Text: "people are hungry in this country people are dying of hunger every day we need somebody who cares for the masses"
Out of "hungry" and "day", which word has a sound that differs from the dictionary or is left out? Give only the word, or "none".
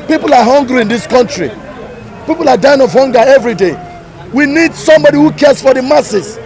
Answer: none